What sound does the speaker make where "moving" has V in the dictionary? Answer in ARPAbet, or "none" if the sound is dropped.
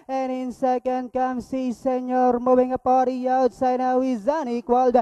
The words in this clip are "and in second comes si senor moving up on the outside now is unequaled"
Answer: W